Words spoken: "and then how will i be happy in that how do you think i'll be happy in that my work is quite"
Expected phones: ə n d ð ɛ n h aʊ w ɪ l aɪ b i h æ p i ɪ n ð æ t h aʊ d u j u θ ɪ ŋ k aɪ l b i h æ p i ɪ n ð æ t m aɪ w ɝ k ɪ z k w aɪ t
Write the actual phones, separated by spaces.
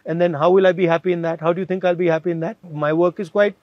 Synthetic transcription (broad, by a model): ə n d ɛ n h aʊ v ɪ l aɪ b i h æ p i ɪ n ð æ t h aʊ d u j u t ɪ ŋ k aɪ l b i h æ p i ɪ n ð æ t m aɪ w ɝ k ɪ z k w aɪ t